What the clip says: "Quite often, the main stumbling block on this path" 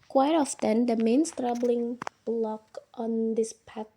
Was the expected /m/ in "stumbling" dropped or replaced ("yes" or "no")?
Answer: yes